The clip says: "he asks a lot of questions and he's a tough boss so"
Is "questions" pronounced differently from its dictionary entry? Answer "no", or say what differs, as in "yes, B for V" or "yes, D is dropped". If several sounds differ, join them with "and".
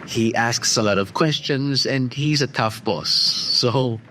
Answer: no